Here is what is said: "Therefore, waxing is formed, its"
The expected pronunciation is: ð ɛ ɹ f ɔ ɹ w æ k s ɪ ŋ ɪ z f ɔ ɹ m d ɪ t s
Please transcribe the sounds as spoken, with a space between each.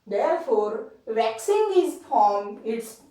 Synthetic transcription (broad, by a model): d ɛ ɹ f ɔ ɹ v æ k s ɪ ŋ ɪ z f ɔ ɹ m ɪ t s